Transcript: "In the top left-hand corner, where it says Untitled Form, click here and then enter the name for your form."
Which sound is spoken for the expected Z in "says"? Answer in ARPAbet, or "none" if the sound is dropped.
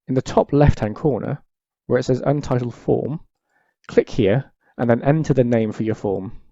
Z